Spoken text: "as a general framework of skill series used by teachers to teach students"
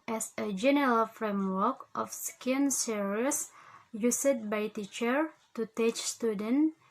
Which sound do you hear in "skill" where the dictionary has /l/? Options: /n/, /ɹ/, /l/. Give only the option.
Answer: /n/